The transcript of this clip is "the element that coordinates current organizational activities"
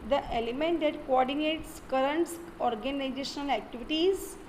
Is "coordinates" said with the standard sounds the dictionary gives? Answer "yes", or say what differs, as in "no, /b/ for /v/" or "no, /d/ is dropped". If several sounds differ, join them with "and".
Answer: yes